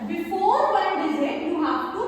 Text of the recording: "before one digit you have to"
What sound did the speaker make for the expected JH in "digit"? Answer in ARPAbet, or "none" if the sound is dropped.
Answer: Z